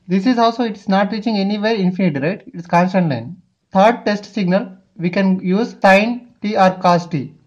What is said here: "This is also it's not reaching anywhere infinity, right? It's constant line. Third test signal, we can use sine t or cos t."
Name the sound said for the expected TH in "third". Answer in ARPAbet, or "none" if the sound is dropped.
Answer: T